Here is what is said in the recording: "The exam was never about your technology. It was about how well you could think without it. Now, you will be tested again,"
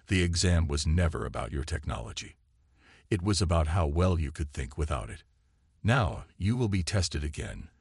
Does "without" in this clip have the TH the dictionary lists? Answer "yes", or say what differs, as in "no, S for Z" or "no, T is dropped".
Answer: yes